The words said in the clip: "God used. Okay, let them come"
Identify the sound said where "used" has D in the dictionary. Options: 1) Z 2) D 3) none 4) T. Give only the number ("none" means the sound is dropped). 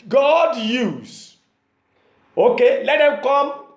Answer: 3